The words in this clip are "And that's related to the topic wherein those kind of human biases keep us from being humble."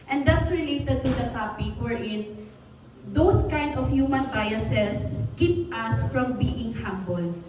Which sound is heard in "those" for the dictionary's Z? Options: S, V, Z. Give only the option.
S